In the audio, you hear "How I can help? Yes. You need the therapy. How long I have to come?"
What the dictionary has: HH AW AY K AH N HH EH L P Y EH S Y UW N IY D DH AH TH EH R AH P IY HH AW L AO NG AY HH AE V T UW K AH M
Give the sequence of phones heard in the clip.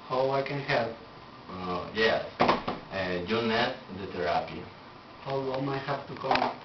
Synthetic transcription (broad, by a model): HH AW AY K AH N HH EH L P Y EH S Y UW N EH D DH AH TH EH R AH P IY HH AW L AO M AY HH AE P T UW K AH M